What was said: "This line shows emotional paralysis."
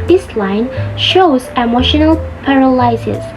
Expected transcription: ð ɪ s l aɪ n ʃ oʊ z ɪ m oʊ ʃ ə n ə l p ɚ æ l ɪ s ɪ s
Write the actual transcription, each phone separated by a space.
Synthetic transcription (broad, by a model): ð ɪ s l aɪ n ʃ oʊ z ɪ m oʊ ʃ ə n ə l p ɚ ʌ l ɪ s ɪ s